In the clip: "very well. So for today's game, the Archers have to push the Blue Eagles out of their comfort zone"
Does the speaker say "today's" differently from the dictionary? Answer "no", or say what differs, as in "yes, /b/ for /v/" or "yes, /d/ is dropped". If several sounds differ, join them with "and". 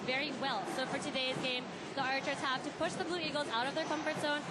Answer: no